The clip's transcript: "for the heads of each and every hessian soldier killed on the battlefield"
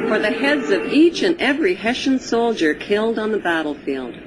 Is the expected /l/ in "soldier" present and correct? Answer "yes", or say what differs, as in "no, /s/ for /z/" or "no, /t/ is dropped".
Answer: yes